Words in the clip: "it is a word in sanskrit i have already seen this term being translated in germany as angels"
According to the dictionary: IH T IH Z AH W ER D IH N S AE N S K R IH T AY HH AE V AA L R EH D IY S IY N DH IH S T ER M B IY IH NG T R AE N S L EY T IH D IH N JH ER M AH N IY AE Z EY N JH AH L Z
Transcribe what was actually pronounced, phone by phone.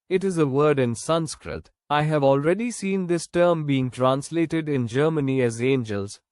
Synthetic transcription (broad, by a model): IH T IH Z AH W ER D IH N S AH N S K R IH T AY HH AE V AA L R EH D IY S IY N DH IH S T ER M B IY IH NG T R AE N S L EY T IH D IH N JH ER M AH N IY AE Z EY N JH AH L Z